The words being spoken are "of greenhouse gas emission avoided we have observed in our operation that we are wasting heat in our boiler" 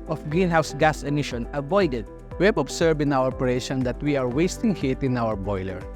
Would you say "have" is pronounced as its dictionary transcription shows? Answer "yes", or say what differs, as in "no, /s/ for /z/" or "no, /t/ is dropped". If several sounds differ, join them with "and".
no, /b/ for /v/